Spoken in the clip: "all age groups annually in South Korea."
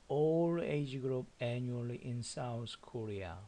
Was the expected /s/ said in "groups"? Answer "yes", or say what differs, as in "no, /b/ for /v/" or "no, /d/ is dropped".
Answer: no, /s/ is dropped